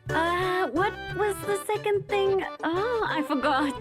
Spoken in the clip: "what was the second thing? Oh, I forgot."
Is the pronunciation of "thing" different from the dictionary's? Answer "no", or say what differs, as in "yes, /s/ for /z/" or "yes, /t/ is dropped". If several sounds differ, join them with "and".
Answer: no